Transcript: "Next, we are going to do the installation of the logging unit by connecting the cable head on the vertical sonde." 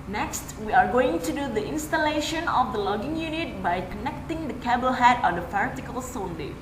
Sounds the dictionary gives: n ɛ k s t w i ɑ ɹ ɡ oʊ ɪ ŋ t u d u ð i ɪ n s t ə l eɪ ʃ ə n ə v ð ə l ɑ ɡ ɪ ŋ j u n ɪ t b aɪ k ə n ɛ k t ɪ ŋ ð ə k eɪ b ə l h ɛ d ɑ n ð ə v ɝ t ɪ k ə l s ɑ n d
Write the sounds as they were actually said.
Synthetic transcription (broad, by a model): n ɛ k s t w i ɑ ɹ ɡ oʊ ɪ ŋ t u d u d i ɪ n s t ə l eɪ ʃ ə n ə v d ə l ɑ ɡ ɪ ŋ j u n ɪ t b aɪ k ə n ɛ k t ɪ ŋ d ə k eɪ b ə l h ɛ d ɑ n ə f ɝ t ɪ k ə l s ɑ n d